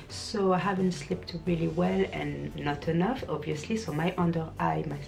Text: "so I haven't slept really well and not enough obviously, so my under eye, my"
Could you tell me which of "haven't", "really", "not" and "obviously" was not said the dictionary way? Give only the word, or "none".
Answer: none